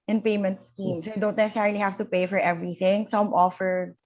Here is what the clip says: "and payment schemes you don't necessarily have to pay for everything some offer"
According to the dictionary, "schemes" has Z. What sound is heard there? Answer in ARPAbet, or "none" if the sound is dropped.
S